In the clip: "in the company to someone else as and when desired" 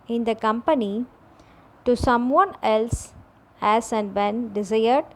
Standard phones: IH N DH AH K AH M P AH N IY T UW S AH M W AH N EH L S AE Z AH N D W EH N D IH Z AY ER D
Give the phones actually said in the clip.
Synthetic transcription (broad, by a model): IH N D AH K AH M P AH N IY T UW S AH M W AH N EH L S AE S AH N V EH N D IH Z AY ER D